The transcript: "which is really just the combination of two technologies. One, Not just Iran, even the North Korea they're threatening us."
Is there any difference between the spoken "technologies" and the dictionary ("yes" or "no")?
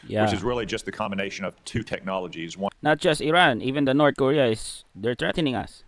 no